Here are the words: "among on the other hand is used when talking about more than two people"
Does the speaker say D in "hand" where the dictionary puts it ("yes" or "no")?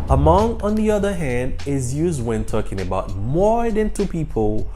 yes